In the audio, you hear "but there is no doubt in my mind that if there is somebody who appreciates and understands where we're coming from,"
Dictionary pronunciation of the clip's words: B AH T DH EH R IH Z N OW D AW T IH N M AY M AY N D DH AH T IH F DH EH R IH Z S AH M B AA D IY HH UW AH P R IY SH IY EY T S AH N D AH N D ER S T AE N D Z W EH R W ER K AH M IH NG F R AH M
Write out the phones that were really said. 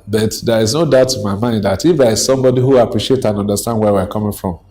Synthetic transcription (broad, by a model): B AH T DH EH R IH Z N OW D AW T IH M AY M AY N D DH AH T IH F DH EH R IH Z S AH M B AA D IY HH UW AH P R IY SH IY EY T AH N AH N D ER S T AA N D W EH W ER K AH M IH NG F R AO M